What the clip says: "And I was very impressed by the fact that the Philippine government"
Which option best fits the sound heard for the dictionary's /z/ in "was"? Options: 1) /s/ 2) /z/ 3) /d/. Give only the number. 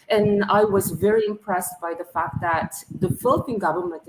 2